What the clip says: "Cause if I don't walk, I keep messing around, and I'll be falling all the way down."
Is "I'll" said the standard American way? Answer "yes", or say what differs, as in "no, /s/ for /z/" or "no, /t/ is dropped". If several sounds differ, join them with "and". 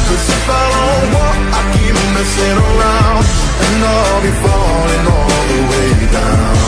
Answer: no, /n/ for /l/